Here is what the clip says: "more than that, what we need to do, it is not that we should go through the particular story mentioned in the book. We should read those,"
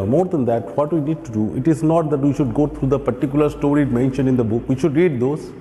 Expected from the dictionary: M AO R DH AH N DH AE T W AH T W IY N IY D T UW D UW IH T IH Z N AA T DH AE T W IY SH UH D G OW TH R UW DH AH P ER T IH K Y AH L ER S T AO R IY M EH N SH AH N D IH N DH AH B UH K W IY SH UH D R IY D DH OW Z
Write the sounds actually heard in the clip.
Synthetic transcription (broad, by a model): M AO R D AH N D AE T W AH T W IY N IY D T UW D UW IH T IH Z N AA T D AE T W IY SH UH D G OW T R UW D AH P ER T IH K Y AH L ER S T AO R IY M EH N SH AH N IH N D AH B UH K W IY SH UH D R IY D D OW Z